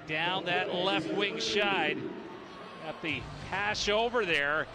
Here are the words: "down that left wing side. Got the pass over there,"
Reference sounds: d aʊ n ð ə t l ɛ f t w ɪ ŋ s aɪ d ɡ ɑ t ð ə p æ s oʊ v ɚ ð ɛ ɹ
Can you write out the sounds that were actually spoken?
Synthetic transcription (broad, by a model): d aʊ n ð ə t l ɛ f t w ɪ ŋ ʃ aɪ d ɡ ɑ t ð ə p æ ʃ oʊ v ɚ ð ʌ ɹ